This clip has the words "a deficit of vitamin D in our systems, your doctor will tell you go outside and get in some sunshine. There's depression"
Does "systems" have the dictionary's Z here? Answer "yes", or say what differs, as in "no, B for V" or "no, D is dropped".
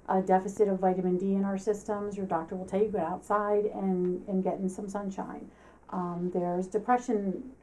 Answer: yes